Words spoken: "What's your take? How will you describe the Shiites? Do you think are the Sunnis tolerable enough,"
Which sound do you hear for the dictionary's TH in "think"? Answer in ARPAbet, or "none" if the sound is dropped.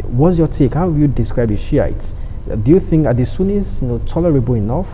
TH